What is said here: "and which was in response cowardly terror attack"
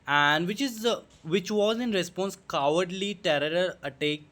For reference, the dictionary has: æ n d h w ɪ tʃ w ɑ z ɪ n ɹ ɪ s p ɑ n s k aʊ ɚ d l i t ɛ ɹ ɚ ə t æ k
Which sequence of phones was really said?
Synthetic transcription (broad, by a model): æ n d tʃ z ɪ tʃ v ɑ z ɪ n ɹ ɪ s p ɑ n s k aʊ ɚ d l i t ɛ ɹ ɚ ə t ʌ k